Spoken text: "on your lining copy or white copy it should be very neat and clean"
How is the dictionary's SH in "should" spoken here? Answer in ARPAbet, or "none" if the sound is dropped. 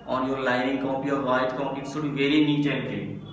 S